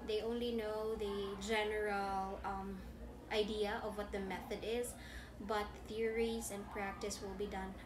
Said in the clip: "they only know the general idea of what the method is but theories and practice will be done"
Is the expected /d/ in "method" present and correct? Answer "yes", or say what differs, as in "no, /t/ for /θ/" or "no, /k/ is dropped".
yes